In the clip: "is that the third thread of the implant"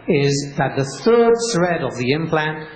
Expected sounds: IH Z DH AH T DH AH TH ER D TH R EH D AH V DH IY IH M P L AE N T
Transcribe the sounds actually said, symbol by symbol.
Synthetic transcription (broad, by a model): IH Z DH AH T DH AH TH ER D S R EH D AH V DH IY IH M P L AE N T